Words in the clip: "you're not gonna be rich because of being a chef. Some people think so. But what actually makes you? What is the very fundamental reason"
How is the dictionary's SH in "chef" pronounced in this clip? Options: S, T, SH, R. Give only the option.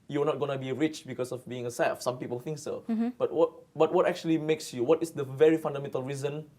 S